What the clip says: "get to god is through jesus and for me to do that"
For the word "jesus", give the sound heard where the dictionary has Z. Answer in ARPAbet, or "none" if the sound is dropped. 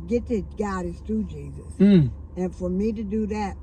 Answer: Z